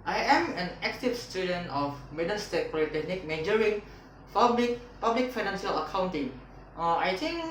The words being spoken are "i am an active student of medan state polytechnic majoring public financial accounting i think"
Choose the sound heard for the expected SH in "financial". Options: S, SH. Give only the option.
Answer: S